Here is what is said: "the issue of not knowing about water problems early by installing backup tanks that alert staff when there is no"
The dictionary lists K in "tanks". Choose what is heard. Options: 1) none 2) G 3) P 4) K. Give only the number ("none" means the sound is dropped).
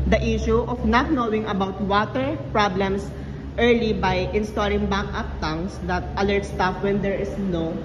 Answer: 1